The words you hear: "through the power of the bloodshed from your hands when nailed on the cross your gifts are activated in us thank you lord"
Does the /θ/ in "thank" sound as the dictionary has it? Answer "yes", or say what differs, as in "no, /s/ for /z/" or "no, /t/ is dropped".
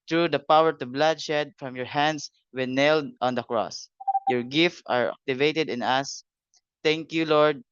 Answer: no, /t/ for /θ/